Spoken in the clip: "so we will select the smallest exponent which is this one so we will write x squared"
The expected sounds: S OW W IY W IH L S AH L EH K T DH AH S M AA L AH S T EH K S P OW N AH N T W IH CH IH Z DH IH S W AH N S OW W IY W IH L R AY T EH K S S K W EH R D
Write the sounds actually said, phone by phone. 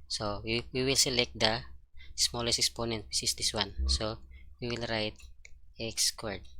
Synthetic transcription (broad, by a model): S OW W IY W IH L S AH L EH K T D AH S M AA L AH S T EH K S P OW N AH N T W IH S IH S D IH S W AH N S OW W IY W IH L R AY T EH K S S K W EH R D